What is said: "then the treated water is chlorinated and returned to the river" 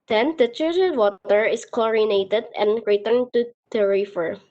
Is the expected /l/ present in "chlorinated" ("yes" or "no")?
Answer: no